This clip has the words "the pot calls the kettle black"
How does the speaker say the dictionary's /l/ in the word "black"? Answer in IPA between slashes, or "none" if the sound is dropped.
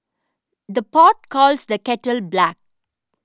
/l/